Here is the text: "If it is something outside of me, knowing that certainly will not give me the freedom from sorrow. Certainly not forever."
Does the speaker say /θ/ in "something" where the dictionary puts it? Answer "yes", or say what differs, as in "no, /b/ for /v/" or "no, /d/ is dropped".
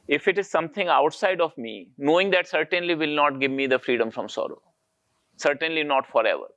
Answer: no, /t/ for /θ/